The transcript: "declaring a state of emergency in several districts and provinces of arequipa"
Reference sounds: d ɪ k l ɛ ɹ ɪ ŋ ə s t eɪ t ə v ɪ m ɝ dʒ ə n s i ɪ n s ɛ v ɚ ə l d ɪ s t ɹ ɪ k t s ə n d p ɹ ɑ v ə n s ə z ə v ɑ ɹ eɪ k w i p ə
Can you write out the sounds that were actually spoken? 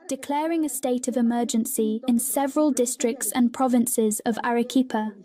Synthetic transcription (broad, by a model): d ɪ k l ɛ ɹ ɪ ŋ ə s t eɪ t ə v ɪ m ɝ dʒ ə n s i ɪ n s ɛ v ɚ ə l d ɪ s t ɹ ɪ k t s ə n p ɹ ɑ v ə n s ə z ə v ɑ ɹ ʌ k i p ə